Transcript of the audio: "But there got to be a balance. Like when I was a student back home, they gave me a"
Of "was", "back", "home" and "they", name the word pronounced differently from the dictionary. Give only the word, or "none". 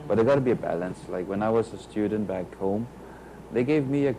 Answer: none